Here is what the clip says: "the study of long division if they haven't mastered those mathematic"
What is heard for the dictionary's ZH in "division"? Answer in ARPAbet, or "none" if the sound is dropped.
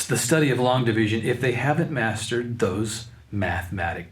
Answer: ZH